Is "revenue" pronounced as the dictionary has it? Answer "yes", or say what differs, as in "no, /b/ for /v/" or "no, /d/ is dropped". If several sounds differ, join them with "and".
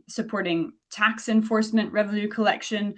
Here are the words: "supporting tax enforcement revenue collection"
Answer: no, /l/ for /n/